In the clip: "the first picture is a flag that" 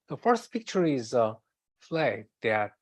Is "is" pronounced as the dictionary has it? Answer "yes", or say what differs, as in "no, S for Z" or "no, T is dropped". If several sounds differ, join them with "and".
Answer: yes